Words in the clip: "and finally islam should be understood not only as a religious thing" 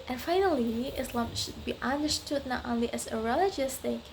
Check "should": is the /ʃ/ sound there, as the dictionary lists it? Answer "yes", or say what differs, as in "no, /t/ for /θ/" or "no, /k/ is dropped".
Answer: yes